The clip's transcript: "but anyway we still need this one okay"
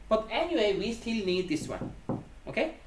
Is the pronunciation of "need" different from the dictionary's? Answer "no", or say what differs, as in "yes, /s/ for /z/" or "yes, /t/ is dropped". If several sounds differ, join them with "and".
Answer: no